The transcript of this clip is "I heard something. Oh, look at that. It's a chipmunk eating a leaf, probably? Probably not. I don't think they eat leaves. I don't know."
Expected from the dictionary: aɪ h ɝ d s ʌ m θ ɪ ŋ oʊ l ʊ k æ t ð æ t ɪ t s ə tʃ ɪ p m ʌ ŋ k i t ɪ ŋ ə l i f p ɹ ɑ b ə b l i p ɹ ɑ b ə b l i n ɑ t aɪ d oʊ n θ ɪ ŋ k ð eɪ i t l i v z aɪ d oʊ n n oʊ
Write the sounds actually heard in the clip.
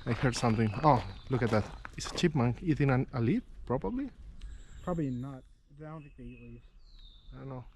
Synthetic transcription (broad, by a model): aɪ h ɝ d s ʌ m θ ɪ ŋ oʊ l ʊ k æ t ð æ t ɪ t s ə tʃ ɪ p m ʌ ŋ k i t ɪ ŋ ə l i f p ɹ ɑ b ə b l i p ɹ ɑ b ə b l i n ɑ t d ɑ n t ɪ k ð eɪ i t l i z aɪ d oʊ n n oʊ